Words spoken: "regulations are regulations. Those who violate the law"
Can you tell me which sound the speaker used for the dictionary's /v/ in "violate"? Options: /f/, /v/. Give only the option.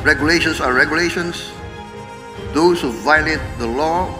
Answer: /v/